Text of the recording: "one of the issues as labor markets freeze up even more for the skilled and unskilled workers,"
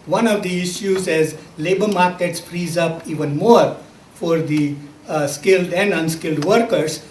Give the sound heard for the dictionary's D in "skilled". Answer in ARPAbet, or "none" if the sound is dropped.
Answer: D